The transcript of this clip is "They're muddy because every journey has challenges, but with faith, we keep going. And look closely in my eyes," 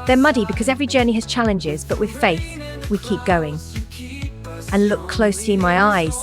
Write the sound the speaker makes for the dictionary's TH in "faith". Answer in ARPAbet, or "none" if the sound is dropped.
TH